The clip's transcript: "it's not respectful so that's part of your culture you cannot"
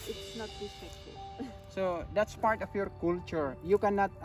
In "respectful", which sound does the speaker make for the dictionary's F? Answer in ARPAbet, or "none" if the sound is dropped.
none